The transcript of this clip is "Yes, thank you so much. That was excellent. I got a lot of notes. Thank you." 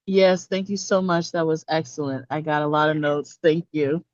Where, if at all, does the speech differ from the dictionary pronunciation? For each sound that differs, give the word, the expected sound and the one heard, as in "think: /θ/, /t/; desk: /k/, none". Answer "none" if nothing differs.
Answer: none